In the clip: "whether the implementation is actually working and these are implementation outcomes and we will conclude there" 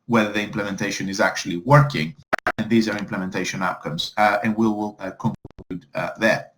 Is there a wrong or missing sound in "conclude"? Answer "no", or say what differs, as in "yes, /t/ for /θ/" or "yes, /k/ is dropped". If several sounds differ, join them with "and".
yes, /l/ is dropped